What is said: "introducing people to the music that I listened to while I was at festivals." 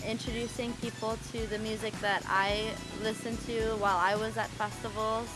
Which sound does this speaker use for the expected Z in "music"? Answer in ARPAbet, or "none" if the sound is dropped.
Z